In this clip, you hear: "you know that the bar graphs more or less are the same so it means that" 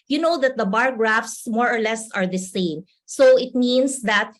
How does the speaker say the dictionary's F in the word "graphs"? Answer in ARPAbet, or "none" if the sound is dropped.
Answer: F